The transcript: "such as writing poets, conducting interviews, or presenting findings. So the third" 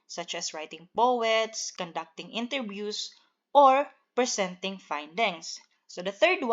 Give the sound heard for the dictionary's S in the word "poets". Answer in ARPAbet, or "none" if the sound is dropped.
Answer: S